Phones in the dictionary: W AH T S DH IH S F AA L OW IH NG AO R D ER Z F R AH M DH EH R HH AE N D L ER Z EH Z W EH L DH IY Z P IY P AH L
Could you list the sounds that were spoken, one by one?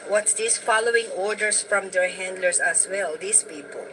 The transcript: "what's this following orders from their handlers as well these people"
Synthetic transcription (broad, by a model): W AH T S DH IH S F AA L OW IH NG AO R D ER S F R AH M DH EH R HH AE N D L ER S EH S W EH L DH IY S P IY P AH L